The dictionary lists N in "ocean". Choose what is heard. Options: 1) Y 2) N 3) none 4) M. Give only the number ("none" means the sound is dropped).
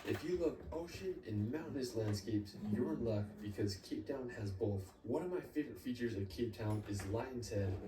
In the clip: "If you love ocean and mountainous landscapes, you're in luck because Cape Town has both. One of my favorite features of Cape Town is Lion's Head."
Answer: 3